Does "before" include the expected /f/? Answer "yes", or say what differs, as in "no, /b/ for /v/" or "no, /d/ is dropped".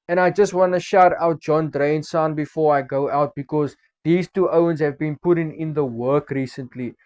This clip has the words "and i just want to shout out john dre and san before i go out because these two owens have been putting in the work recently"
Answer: yes